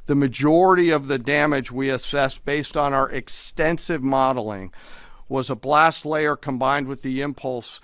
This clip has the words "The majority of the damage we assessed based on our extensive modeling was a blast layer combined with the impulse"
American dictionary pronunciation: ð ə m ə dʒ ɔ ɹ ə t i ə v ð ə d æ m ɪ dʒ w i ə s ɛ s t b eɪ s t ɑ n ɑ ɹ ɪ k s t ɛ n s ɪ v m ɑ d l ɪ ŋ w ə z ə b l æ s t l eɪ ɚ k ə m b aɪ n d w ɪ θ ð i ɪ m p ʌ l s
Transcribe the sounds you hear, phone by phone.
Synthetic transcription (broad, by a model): ð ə m ə dʒ ɔ ɹ ə t i ə v ð ə d æ m ɪ dʒ w i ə s ɛ s b eɪ s t n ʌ ɹ ɪ k s t ɛ n s ɪ v m ɑ d l ɪ ŋ w ə z ə b l æ s t l eɪ ɚ k ə m b aɪ n d w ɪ ð i ɪ m p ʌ l s